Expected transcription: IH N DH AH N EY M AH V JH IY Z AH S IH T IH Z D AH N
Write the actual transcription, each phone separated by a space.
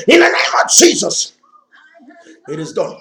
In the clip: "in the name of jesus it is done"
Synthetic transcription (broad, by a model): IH N DH AH N EY M AH V JH IY Z AH S IH T IH Z D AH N